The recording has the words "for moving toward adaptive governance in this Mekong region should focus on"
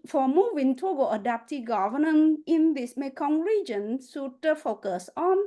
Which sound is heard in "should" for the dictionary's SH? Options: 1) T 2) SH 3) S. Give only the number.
3